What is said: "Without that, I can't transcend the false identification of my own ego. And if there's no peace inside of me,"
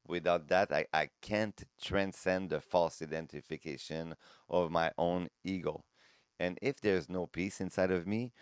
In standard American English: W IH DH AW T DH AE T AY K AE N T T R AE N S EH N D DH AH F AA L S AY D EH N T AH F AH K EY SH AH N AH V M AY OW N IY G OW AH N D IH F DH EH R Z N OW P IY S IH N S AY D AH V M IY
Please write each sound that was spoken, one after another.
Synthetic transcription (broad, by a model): W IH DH AW T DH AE T AY K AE N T T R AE N S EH N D DH AH F AA L S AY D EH N T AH F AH K EY SH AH N AH V M AY OW N IY G OW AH N IH F DH EH R Z N OW P IY S IH N S AY D AH V M IY